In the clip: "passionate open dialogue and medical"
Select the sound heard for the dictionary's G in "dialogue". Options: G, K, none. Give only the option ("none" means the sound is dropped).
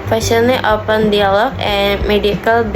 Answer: none